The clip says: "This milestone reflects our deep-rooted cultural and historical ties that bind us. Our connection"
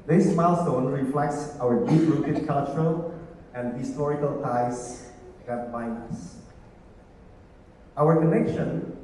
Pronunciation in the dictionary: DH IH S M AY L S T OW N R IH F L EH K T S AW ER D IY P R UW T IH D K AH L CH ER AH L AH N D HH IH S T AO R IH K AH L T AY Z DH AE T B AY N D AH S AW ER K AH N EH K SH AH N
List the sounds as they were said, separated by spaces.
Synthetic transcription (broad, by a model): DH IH S M AY L S T OW N R IH F L EH K T S AW ER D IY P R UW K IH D K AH L CH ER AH L AH N D HH IH S T AO R IH K AH L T AY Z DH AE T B AY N AH S AW ER K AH N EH K SH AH N